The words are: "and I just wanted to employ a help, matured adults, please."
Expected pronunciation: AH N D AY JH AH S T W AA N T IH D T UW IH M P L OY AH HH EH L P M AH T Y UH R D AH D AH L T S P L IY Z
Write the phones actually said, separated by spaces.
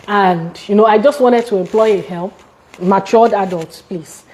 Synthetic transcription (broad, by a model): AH N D AY JH AH S T W AA N T IH D T UW IH M P L OY AH HH EH L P M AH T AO D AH D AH L T P L IY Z